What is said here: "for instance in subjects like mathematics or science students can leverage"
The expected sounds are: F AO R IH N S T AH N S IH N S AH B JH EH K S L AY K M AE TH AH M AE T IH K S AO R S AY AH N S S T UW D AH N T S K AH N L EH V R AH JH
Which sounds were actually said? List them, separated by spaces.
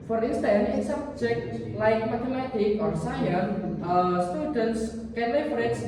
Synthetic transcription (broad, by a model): F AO R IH N S T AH N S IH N S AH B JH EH K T L AY K M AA T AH M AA T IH K AO R S AY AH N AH S T UW D AH N T S K AH N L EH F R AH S